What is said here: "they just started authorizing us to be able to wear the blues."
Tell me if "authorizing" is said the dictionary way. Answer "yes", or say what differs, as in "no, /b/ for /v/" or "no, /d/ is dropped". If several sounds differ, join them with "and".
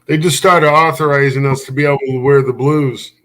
yes